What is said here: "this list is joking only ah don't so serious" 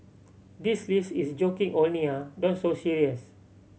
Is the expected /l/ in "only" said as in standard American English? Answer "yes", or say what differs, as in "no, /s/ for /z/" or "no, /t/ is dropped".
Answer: no, /l/ is dropped